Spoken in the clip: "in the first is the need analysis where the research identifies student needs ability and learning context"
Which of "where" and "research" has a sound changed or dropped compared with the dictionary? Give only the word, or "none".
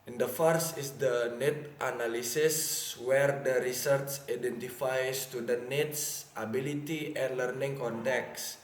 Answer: research